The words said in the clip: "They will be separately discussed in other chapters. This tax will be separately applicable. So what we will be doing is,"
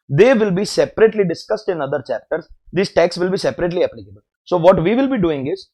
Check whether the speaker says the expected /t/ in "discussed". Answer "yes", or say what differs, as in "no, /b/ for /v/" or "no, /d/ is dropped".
yes